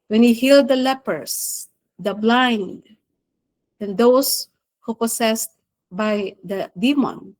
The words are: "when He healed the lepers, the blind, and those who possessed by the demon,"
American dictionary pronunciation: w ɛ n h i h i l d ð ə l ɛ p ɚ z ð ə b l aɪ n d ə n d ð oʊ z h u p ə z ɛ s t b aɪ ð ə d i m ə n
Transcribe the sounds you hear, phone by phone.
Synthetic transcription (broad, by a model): w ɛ n h i h i l d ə l ɛ p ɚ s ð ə b l aɪ n d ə n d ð oʊ s h u p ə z ɛ s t b aɪ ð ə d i m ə n